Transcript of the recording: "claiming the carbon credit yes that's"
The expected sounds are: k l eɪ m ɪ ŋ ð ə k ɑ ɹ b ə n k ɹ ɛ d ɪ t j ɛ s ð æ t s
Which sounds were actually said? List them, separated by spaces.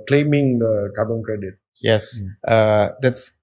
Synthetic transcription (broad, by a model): k l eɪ m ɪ ŋ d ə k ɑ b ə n k ɹ ɛ d ɪ t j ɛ s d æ t s